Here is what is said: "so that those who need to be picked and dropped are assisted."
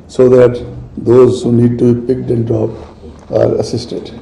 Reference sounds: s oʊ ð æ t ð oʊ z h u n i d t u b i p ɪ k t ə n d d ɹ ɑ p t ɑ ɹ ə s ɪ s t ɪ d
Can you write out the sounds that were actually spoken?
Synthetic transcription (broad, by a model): s oʊ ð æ t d oʊ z h u n i d t u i p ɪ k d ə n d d ɹ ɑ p ɑ ɹ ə s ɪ s t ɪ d